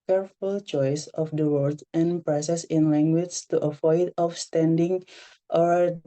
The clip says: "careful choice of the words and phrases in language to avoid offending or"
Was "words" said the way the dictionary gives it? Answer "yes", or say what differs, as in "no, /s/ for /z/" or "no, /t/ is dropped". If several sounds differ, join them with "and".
no, /z/ is dropped